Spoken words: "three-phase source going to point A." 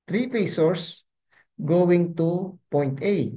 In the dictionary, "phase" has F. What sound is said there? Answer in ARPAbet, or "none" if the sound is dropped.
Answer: P